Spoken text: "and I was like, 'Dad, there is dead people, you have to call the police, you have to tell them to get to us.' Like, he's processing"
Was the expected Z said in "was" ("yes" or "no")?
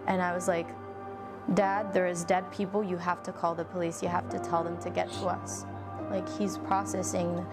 yes